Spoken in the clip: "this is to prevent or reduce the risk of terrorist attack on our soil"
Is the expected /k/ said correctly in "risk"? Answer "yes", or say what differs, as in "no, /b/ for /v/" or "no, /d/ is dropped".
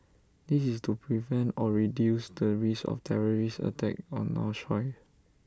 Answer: no, /k/ is dropped